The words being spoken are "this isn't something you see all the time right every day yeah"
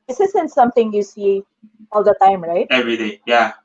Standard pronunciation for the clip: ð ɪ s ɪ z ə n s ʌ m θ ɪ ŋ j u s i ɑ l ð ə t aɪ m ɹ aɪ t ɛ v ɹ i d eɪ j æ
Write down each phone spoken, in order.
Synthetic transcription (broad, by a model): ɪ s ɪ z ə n s ʌ m t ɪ ŋ j u s i ɑ l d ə t aɪ m ɹ aɪ t ɛ v ɹ i d eɪ j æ